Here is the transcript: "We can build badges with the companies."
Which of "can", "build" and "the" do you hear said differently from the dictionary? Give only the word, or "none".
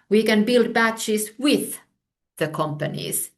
none